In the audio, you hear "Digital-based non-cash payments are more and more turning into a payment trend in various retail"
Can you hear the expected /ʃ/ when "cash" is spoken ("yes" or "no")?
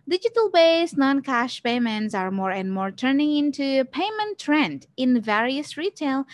yes